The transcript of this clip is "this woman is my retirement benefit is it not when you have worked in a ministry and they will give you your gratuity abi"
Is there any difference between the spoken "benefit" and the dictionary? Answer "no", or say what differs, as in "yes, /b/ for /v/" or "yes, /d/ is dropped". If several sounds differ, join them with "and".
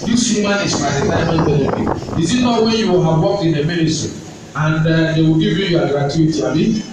yes, /t/ is dropped